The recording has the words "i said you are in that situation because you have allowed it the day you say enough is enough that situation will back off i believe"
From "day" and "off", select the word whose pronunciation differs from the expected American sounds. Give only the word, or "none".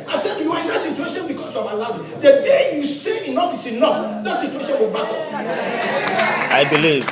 off